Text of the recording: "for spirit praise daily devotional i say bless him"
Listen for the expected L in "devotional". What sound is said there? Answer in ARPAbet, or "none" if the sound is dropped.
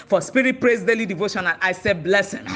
N